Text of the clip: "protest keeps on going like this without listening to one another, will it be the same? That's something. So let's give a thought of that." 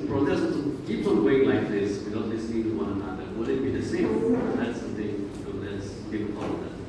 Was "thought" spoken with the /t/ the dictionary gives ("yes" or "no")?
no